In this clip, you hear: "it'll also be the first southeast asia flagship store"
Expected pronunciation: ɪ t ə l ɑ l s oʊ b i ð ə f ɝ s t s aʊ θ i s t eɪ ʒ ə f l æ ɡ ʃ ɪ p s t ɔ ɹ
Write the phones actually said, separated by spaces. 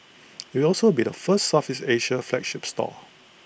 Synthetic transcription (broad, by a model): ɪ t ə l ɑ l s oʊ b i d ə f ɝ s t s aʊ f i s eɪ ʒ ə f l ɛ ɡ ʃ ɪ p s t ɔ